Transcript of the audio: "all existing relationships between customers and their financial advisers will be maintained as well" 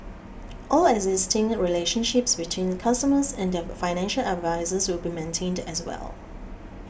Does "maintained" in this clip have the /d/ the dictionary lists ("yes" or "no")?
yes